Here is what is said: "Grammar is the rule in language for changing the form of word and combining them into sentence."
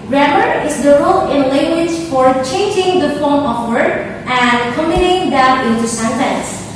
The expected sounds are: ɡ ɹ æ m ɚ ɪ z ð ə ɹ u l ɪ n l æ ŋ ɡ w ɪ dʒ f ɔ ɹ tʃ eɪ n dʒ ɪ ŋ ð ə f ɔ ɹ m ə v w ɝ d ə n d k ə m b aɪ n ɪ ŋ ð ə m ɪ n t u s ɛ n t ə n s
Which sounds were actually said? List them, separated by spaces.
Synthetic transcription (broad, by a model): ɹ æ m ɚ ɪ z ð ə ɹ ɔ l ɪ n l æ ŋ ɡ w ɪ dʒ f ɔ ɹ tʃ eɪ n dʒ ɪ ŋ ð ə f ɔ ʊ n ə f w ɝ ə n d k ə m ɪ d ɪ ŋ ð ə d ɪ n t u s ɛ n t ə n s